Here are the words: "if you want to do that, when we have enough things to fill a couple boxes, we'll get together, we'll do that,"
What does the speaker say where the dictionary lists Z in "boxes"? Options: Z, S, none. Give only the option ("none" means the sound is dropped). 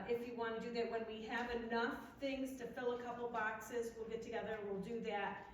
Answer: Z